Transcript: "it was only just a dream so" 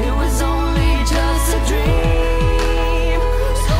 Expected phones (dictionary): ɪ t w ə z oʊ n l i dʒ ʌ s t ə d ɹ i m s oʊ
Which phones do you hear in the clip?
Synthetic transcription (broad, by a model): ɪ t w ə z oʊ n l i dʒ ʌ s t ə d ɹ i m